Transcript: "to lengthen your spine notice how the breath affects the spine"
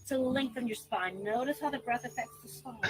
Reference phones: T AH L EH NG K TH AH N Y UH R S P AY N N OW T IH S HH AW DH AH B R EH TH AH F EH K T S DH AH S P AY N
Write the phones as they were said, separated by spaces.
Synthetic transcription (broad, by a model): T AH L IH NG K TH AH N Y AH R S P AY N N OW T IH S HH AW DH AH B R EH TH AH F EH K T S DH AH S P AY